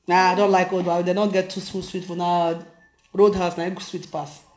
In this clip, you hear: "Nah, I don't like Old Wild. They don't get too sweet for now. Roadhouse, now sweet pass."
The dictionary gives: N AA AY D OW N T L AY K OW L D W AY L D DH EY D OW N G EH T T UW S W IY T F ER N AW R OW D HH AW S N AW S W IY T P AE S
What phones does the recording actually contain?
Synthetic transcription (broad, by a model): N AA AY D OW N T L AY K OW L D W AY D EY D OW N G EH T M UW S W IY T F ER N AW R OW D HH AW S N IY S W IY T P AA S